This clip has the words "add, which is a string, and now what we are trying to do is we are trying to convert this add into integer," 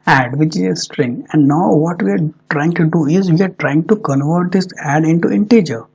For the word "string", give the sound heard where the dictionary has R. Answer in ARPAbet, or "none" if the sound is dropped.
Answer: R